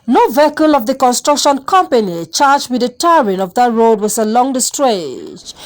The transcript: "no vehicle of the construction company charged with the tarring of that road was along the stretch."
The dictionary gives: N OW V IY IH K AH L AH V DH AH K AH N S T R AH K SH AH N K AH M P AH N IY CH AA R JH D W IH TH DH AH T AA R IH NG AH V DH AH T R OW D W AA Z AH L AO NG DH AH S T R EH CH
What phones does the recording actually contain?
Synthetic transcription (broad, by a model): N OW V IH K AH L AH V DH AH K AH N S T R AH K SH AH N K AH M P AH N IY CH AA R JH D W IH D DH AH T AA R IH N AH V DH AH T R OW D W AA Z AH L AO NG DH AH S T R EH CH